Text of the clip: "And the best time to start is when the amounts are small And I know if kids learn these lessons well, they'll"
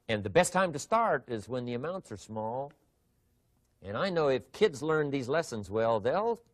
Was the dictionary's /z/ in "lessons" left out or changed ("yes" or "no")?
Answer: no